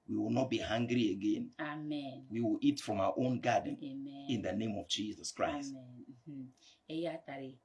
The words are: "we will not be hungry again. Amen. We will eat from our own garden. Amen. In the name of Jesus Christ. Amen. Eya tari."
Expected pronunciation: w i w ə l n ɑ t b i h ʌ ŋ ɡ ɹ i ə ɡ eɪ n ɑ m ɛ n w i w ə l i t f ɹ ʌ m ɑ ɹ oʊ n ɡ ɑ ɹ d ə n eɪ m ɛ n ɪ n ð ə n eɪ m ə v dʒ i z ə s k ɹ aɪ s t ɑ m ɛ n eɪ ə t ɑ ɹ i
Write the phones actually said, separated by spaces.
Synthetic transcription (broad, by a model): w i w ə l n ɑ t b i h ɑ ŋ ɡ ɹ i ə ɡ eɪ n ɑ m ɛ n w i w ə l i t f ɹ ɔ m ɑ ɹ oʊ n ɡ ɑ d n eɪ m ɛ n ɪ n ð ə n eɪ m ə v dʒ i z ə s k ɹ aɪ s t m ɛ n eɪ ə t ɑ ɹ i